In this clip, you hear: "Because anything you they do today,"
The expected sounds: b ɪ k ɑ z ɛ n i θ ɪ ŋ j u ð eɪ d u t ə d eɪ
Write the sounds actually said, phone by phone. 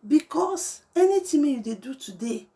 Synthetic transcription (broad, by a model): b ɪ k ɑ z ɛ n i t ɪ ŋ j u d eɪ d u t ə d eɪ